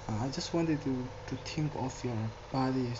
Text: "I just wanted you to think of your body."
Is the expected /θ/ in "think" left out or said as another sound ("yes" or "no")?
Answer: yes